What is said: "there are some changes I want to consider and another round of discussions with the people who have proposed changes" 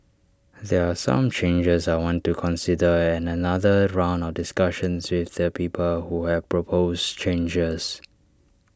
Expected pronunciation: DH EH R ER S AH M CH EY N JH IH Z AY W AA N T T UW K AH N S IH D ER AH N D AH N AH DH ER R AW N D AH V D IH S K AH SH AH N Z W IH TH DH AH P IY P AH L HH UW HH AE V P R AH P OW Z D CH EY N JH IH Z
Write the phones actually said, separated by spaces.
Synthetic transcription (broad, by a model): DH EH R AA S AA M CH EY N JH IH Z AY W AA N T T UW K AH N S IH D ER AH N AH N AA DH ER R AW N D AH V D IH S K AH SH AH N S W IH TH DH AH P IY P AH L HH UW HH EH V P R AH P OW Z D CH EY N JH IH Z